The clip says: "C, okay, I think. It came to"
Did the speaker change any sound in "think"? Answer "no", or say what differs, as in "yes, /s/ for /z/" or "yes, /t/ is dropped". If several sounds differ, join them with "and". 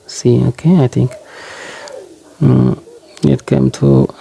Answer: yes, /t/ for /θ/